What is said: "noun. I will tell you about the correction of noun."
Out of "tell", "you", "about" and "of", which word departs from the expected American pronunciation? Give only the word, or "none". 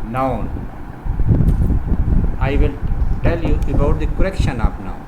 of